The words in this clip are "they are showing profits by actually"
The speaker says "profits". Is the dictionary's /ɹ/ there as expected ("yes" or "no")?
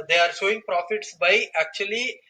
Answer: yes